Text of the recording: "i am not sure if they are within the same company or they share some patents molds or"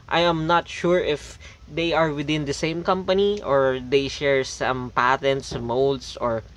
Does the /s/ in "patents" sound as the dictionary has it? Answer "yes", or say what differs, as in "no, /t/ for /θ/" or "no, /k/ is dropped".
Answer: yes